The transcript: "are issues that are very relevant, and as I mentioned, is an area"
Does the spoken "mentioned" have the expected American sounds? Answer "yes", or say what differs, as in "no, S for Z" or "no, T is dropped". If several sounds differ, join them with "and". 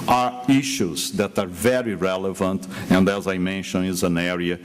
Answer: no, D is dropped